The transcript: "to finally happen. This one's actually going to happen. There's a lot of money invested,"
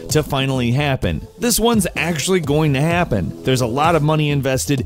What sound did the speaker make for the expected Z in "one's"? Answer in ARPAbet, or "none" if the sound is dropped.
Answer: Z